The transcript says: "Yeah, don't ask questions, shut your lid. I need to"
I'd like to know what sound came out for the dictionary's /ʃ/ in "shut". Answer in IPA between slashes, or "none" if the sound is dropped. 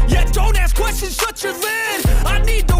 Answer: /s/